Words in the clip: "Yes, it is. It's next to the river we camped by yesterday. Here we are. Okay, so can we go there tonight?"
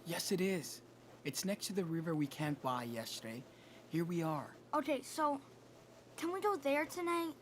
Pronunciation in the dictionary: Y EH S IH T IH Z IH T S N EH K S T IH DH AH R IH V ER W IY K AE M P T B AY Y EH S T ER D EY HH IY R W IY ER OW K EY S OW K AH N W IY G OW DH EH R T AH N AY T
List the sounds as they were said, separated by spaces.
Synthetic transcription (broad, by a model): Y EH S IH T IH Z IH T S N EH K S T IH DH AH R IH V ER W IY K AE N B AY Y EH S T ER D EY HH IY R W IY ER OW K EY S OW K AH N W IY G OW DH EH R T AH N AY T